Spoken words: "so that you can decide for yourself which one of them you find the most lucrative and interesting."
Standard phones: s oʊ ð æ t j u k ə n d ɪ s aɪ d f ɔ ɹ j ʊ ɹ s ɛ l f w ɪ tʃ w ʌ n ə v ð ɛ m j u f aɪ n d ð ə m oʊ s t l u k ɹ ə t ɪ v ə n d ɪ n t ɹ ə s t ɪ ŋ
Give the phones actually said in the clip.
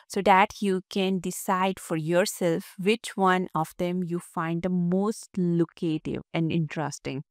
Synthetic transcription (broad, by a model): s oʊ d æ t j u k ə n d ɪ s aɪ d f ɔ ɹ j ʊ ɹ s ɛ l f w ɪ tʃ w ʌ n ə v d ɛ m j u f aɪ n d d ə m oʊ s t l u k ə t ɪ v ə n d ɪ n t ɹ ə s t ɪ ŋ